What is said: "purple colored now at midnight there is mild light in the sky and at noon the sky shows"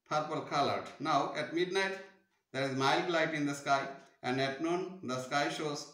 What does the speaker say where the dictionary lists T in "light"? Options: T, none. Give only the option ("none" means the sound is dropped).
T